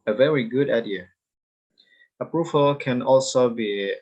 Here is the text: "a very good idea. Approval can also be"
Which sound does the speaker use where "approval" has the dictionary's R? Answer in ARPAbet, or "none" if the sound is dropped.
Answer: R